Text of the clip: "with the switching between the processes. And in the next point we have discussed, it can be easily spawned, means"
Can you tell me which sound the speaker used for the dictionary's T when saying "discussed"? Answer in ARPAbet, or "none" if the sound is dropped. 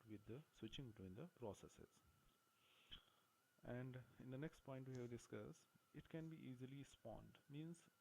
none